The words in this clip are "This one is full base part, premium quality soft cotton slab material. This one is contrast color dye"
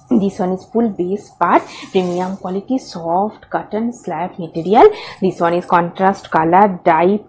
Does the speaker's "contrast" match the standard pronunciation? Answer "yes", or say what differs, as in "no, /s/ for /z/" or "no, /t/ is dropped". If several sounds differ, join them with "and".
yes